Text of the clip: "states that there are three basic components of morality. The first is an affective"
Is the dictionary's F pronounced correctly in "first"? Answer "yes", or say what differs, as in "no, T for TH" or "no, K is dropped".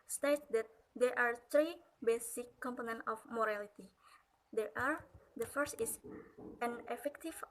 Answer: yes